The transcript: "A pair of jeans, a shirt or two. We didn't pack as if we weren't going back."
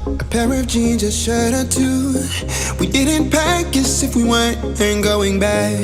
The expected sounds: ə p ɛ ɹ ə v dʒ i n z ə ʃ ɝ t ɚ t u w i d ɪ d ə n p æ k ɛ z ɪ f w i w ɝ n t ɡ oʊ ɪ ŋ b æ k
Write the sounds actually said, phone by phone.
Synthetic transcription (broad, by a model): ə p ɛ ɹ ə v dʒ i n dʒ ə ʃ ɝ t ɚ t u w i d ɪ d n p æ k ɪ s ɪ f w i w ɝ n t ɡ oʊ ɪ ŋ b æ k